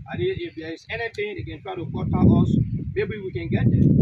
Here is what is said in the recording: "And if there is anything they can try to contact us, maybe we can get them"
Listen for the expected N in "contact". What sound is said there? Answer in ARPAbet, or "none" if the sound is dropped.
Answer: none